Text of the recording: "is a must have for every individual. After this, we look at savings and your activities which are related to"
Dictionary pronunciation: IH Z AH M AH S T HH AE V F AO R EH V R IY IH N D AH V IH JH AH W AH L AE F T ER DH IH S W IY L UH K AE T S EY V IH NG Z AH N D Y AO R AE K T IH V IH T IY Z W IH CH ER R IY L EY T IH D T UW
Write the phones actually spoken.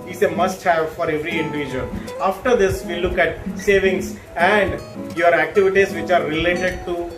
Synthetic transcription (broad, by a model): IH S AH M AH S T HH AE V F AO R EH V R IY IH N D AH V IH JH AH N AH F T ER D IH S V IY L UH K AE T S EY V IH NG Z AH N D Y AO R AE K T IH V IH T IY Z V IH CH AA R IY L EY T IH D T UW